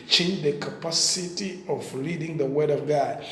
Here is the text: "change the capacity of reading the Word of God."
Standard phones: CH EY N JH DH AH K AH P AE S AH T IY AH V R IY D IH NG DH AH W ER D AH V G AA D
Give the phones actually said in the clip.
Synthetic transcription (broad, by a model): CH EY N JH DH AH K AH P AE S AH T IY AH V L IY D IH NG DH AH W ER D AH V G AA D